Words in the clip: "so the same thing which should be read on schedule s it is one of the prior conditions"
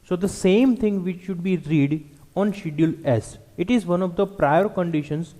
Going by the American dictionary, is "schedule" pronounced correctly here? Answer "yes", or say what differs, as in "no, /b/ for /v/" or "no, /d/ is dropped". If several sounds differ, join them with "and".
no, /dʒ/ is dropped